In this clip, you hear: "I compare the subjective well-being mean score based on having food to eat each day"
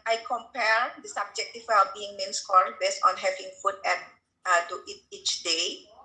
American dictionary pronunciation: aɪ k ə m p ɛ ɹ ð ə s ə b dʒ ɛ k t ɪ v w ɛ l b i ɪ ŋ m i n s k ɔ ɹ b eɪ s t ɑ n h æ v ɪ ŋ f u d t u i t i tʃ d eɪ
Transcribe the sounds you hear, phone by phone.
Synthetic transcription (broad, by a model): aɪ k ə m p ɛ ɹ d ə s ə b dʒ ɛ k t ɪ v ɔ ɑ b i ɪ ŋ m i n s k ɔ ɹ b eɪ s t ɑ n h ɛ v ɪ ŋ f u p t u i t i tʃ d eɪ